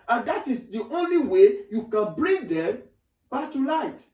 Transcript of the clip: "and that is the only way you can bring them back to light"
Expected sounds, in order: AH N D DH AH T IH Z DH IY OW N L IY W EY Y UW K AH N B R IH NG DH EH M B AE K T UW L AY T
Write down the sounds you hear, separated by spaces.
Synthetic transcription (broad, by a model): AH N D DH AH T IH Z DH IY OW N L IY W EY Y UW K AH N B R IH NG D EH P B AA T UW L AY T